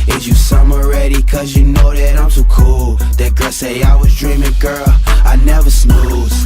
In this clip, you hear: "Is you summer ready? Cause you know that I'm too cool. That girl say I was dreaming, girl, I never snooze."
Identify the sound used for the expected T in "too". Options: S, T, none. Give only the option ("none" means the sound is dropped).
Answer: S